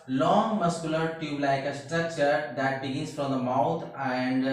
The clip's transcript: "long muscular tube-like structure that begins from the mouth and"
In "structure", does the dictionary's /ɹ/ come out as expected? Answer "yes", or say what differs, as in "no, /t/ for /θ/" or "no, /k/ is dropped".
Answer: no, /ɹ/ is dropped